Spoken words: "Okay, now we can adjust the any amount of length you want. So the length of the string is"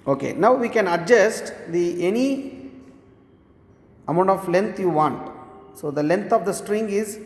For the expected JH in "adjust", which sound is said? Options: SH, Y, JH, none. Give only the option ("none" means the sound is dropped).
JH